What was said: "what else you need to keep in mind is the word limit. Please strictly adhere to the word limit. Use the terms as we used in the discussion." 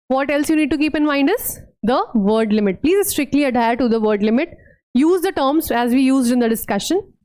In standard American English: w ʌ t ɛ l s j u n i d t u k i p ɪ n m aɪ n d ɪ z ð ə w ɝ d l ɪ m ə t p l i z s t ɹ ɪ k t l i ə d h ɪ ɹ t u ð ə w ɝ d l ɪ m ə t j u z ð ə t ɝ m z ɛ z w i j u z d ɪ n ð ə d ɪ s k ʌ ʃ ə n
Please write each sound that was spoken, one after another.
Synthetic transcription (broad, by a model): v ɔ t ɛ l s j u n i d t u k i p ɪ n m aɪ n d ɪ z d ə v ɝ d l ɪ m ə t p l i z s t ɹ ɪ k t l i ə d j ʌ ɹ t u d ə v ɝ d l ɪ m ə t j u z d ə t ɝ m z ɛ z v i j u z d ɪ n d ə d ɪ s k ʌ ʃ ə n